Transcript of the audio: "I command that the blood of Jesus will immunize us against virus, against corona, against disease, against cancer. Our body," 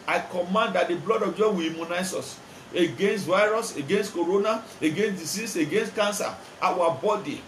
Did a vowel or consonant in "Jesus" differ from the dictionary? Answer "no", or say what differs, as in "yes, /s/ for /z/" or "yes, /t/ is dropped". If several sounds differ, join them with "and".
yes, /s/ is dropped